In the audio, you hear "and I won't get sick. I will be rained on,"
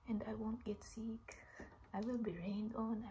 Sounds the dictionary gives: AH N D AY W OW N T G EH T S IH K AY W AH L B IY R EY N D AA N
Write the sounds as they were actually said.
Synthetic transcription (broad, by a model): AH N D AY W OW N T G EH T S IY K AY W AH L B IY R EY N D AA N